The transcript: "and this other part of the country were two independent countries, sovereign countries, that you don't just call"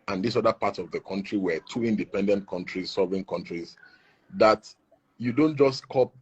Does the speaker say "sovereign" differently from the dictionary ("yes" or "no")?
yes